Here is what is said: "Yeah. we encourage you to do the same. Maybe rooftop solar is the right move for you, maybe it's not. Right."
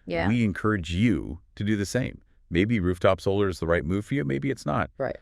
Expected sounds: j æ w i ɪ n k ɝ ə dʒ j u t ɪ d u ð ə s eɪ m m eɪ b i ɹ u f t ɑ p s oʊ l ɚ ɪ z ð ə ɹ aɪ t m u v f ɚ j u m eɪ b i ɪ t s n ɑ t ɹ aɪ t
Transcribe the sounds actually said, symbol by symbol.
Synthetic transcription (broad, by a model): j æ w i ɪ n k ɝ ə dʒ j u t ɪ d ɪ ð ə s eɪ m m eɪ b i ɹ u f t ɑ p s oʊ l ɚ ɪ z ð ə ɹ aɪ t m u v f ɚ j u m eɪ b i ɪ t s n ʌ t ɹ aɪ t